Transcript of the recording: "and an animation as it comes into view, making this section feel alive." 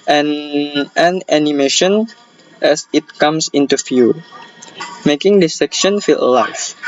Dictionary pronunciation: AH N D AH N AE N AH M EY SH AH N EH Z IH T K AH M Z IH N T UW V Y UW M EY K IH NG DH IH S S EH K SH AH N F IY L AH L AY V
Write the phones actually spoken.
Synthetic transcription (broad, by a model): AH N AH N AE N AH M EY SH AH N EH S IH T K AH M S IH N T UW F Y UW M EY K IH NG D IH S S EH K SH AH N F IY L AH L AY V